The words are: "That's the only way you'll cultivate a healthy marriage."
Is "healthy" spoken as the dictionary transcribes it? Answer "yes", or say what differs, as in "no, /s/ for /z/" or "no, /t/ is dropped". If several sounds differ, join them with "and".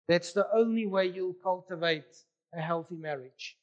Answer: yes